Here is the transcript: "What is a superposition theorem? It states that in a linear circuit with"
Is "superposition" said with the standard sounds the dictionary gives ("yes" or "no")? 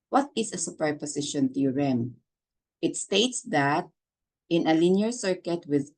no